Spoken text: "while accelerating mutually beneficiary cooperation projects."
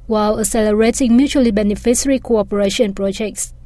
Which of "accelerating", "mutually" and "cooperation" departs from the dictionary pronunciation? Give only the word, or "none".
accelerating